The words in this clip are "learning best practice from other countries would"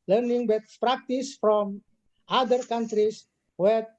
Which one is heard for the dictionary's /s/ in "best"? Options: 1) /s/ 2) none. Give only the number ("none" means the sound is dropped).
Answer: 2